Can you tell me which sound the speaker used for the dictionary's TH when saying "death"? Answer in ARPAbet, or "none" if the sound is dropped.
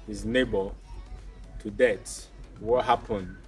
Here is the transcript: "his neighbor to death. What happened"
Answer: T